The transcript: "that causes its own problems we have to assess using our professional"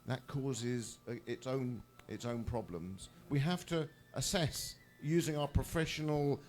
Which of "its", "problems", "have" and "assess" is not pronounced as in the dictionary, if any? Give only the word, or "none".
have